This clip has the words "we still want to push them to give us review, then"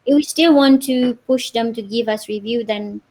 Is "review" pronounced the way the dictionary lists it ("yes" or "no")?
yes